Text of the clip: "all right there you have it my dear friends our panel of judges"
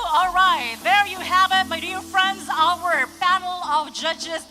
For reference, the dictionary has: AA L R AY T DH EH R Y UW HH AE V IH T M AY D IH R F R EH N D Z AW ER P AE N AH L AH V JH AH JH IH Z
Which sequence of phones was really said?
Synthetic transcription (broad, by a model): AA L R AY T DH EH R Y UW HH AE V IH T M AY D IH R F R EH N D Z AW ER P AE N L AH V JH AH JH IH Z